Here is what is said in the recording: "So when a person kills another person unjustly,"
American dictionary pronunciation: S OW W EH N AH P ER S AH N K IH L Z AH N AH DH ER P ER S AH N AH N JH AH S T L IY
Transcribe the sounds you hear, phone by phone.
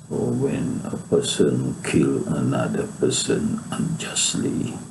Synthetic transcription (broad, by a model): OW W EH N AH P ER S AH N K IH L AH N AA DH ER P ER S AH N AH N JH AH S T L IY